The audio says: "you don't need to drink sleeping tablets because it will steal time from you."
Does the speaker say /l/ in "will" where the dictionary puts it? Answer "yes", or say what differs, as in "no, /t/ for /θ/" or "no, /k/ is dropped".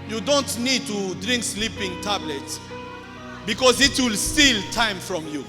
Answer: yes